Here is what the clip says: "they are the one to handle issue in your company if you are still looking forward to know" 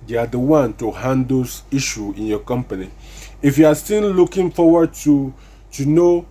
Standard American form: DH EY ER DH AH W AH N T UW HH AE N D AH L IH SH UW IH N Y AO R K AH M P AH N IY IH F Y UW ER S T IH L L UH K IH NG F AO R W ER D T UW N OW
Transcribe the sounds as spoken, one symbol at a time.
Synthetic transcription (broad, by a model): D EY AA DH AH W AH N T UW HH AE N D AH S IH SH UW IH N Y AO K AH M P AH N IY IH F Y UW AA S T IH N L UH K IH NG F AO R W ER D T UW N OW